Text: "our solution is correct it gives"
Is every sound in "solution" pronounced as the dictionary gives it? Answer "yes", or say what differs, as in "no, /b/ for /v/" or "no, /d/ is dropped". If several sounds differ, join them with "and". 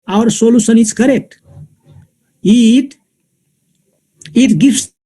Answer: no, /s/ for /ʃ/